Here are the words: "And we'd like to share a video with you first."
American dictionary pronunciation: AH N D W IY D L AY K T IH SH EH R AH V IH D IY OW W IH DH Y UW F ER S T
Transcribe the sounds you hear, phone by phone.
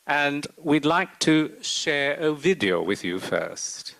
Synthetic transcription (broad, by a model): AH N W IY D L AY K T IH SH EH R AH V IH D IY OW W IH DH Y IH F ER S T